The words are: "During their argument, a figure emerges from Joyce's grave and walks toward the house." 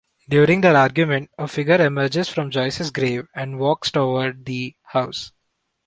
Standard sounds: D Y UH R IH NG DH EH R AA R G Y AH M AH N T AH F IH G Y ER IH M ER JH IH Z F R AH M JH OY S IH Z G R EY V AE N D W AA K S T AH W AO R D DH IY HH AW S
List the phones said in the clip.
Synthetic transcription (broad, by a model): D Y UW R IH NG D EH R AA R G Y AH M AH N T AH F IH G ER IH M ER JH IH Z F R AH M JH OY S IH S G R EY V AE N D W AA K S T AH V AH R D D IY HH AW S